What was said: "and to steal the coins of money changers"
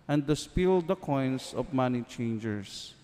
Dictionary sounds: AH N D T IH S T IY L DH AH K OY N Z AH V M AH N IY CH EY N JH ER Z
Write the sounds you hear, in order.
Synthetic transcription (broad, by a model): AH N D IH S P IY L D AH K OY N S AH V M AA N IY CH EY N JH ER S